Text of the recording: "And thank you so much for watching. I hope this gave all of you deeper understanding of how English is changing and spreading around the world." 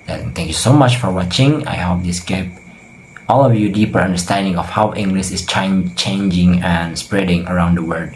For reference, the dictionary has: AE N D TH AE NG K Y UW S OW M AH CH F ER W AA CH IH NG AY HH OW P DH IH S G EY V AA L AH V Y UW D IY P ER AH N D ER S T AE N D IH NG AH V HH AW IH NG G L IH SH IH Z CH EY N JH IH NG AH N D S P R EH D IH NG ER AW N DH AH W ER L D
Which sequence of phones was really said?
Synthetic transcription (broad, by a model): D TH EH NG K Y UW S OW M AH CH F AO W AA CH IH NG AY HH OW P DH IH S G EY P AA L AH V Y UW D IY P ER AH N D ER S T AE N D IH NG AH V HH AW IH NG G L IH SH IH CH CH EY N JH IH NG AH N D S P R EH D IH NG ER AW N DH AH W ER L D